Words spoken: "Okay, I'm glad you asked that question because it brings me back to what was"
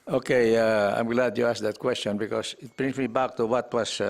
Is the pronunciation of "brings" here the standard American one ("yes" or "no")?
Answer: no